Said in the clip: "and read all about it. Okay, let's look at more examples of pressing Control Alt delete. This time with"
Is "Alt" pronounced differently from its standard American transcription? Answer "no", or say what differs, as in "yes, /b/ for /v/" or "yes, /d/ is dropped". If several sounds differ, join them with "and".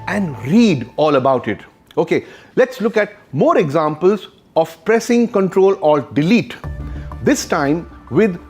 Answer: yes, /l/ is dropped